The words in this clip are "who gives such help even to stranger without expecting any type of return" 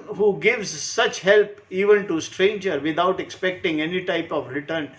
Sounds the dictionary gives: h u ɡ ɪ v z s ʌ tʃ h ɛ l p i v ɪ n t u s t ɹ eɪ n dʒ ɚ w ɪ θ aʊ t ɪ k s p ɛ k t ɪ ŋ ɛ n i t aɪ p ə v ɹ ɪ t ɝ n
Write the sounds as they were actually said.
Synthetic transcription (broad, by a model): h u ɡ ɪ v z s ʌ tʃ h ɛ l p i v ɪ n t u s t ɹ eɪ n dʒ ɚ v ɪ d aʊ t ɪ k s p ɛ k t ɪ ŋ ɛ n i t aɪ p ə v ɹ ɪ t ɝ n